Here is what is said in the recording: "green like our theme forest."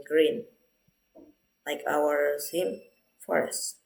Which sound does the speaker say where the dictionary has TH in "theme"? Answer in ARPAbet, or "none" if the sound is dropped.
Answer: S